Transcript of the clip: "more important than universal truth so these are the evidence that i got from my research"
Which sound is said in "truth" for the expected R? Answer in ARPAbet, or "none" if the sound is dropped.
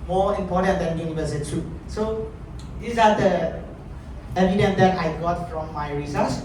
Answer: none